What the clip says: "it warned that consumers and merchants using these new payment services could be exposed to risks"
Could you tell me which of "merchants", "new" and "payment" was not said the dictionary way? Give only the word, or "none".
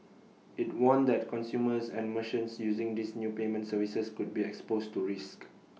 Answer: merchants